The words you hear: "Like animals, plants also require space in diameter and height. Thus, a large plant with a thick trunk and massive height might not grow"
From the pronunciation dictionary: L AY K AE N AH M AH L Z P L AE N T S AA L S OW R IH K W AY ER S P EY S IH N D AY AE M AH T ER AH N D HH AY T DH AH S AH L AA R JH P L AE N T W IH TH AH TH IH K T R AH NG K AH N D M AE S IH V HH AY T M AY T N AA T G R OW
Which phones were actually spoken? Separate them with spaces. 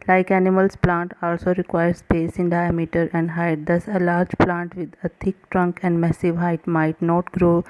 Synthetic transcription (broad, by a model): L AY K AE N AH M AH L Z P L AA N T AA L S OW R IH K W AY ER S P EY S IH N D AY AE M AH T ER AH N D HH AY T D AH S AH L AA R JH P L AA N T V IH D AH T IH K T R AH NG K AH N D M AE S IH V HH AY T M AY T N AA T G R OW